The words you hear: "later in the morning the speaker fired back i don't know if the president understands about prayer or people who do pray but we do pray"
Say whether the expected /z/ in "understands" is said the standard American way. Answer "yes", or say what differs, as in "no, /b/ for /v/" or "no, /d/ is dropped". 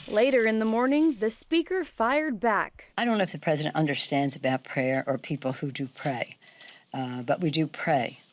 yes